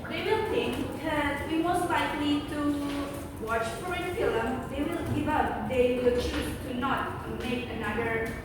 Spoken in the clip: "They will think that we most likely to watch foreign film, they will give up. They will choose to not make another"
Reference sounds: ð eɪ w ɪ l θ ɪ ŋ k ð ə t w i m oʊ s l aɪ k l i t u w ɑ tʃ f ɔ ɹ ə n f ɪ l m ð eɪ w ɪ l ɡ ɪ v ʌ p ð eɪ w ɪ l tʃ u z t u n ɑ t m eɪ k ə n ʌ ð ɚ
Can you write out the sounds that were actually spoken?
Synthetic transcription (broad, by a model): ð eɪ w ɪ l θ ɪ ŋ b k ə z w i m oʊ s l aɪ k l i t u w ɑ tʃ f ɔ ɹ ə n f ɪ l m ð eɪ w ɪ l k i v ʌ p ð eɪ w ɪ l tʃ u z t u n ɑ t m eɪ k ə n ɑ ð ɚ